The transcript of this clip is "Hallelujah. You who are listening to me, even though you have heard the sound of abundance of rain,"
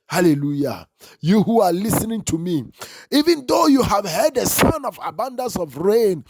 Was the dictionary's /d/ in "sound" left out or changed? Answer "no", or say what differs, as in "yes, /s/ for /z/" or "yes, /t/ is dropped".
yes, /d/ is dropped